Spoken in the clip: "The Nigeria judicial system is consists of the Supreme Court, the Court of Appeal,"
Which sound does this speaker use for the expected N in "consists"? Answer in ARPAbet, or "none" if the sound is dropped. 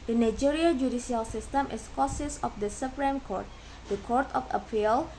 none